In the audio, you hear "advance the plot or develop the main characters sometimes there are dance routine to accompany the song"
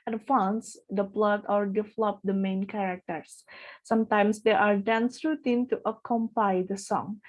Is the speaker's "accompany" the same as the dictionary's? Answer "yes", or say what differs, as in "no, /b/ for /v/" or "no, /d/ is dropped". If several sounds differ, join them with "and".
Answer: no, /n/ is dropped